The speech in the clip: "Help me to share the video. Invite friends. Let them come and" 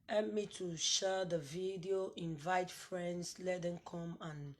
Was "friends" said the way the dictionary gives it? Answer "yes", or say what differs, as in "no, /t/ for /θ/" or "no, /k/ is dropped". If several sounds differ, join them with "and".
no, /s/ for /z/